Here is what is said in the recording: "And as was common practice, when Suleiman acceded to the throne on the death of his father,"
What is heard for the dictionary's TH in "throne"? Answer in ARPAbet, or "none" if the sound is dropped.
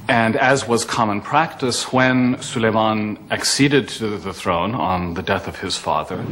TH